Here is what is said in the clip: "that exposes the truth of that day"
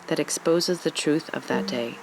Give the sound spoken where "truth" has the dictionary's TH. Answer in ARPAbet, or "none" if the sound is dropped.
TH